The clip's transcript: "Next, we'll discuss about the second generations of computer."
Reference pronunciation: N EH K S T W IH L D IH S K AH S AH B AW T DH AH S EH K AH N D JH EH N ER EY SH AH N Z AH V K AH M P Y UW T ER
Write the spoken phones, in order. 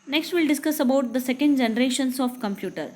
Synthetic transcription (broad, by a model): N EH K S T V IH L D IH S K AH S AH B AW T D AH S EH K AH N D JH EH N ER EY SH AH N S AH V K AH M P Y UW T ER